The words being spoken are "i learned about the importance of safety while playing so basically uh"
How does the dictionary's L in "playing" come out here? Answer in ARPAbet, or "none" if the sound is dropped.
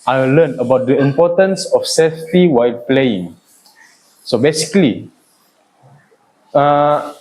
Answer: L